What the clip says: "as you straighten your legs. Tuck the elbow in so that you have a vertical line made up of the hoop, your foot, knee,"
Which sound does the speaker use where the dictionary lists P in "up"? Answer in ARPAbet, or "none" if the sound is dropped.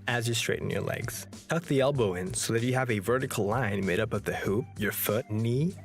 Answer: P